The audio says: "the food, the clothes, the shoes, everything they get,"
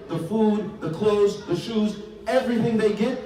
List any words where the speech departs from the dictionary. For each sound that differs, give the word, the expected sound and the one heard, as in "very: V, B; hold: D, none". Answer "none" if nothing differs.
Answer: none